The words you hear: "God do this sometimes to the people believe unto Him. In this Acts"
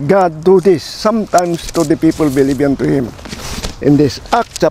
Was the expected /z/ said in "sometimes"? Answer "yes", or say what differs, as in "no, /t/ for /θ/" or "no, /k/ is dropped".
no, /s/ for /z/